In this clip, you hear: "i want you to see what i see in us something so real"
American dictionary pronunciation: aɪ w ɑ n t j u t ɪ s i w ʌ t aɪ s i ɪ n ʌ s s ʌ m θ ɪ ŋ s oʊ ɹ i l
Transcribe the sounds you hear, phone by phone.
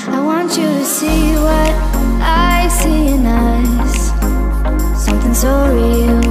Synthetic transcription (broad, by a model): aɪ w ɑ n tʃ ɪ t ɪ s i w ʌ t aɪ s i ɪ n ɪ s s ʌ m θ ɪ ŋ s oʊ ɹ i l